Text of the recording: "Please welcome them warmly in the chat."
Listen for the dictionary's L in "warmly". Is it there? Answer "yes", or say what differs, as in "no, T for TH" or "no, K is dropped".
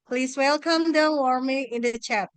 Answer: no, L is dropped